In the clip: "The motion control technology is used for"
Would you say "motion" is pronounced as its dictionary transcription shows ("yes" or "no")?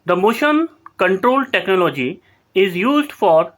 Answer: yes